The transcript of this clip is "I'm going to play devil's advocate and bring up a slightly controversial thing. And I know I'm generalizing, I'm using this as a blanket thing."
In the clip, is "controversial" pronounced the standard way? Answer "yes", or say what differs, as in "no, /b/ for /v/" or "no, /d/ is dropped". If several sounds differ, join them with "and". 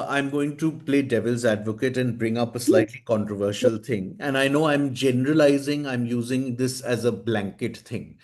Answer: yes